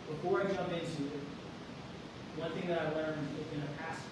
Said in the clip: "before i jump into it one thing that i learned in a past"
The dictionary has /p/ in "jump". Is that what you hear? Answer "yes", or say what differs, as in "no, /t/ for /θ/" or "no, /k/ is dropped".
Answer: no, /p/ is dropped